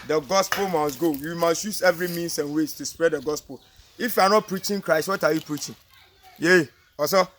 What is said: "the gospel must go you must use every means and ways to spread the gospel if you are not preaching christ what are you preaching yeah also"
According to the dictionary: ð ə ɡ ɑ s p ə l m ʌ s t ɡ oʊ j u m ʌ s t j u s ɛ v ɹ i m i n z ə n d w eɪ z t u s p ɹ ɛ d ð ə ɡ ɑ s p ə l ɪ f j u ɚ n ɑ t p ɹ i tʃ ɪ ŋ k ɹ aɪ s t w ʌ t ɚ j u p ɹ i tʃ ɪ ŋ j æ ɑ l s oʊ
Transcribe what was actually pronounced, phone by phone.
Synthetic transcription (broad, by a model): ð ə ɡ ɑ s p ə l m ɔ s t ɡ oʊ j u m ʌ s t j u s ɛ v ɹ i m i n s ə n w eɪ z t u s p ɹ ɛ d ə ɡ ɑ s p ə l ɪ f j u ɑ n ɑ t p ɹ i tʃ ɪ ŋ k ɹ aɪ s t w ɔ t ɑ j u p ɹ i tʃ ɪ ŋ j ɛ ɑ s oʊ